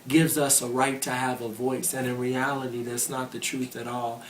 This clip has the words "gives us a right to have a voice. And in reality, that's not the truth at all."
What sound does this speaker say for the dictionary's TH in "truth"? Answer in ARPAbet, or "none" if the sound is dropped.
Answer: TH